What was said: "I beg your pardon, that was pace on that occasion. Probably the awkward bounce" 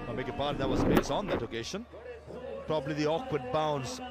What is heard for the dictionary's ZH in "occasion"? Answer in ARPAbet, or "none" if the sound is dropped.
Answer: SH